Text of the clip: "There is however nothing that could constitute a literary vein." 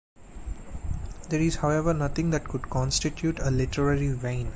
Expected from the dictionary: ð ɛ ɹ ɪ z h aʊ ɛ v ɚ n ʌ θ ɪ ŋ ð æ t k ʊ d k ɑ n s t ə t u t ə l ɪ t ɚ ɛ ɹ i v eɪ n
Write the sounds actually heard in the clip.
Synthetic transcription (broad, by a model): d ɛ ɹ ɪ z h aʊ ɛ v ɚ n ʌ t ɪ ŋ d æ t k ʊ d k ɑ n s t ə t u t ə l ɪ t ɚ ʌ ɹ i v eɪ n